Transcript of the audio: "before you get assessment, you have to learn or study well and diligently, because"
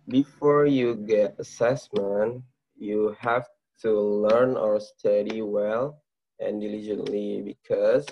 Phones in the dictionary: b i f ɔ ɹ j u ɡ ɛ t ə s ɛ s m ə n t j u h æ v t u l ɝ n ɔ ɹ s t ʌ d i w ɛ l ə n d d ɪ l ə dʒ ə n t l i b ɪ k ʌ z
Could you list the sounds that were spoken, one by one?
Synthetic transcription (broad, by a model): b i f ɔ ɹ j u ɡ ɛ t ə s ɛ s m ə n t j u h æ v t u l ɝ n ɔ ɹ s t ʌ d i w ɛ l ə n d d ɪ l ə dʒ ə n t l i b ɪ k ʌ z